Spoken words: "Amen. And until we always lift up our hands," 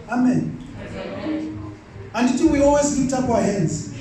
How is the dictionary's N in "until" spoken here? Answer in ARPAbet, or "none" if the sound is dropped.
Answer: none